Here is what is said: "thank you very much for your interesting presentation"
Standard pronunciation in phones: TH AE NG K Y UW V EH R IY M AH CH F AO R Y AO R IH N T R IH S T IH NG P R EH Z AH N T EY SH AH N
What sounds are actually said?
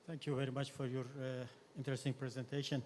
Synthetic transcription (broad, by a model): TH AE NG K Y UW V EH R IY M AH CH F AO R Y AO R IH N T R IH S T IH NG P R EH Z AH N T EY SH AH N